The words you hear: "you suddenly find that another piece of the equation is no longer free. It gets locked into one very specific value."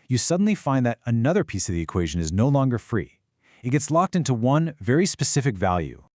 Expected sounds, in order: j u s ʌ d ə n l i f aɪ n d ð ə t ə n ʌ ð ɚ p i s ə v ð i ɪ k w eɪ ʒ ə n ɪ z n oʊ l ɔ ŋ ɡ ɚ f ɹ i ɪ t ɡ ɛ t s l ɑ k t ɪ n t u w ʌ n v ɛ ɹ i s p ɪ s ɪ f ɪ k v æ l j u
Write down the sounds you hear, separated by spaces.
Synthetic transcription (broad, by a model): j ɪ s ʌ d n l i f aɪ n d ð ə t ə n ʌ ð ɚ p i s ə v ð i ɪ k w eɪ ʒ ə n ɪ z n oʊ l ɔ ŋ ɡ ɚ f ɹ i ɪ t ɡ ɛ t s l ɑ k t ɪ n t u w ʌ n v ɛ ɹ i s p ɪ s ɪ f ɪ k v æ l j u